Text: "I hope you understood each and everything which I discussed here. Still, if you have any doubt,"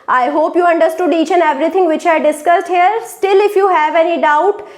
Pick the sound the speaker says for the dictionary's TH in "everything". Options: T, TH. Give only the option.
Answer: T